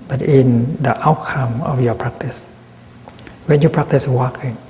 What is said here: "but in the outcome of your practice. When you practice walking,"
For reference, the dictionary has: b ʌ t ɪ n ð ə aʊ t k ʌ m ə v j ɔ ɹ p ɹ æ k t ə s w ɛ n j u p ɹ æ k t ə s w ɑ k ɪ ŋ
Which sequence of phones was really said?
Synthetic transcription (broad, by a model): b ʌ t ɪ n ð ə aʊ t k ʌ m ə f j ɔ p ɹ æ k t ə s w ɛ n j u p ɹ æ k t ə s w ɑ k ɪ ŋ